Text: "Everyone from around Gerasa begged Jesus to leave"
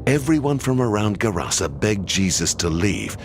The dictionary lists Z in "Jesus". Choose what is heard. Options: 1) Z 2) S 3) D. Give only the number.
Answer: 1